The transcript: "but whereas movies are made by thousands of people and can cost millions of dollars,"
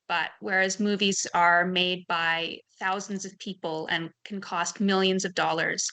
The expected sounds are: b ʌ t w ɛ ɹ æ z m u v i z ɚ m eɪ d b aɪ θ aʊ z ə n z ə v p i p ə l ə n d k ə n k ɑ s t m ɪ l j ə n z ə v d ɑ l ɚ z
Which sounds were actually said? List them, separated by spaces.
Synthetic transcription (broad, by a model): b ʌ t w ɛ ɹ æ z m u v i z ɚ m eɪ d b aɪ θ aʊ z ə n z ə v p i p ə l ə n k n k ɑ s t m ɪ l j ə n z ə v d ɑ l ɚ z